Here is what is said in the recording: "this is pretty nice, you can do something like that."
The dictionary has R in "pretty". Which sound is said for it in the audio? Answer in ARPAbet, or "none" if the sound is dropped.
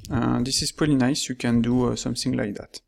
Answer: none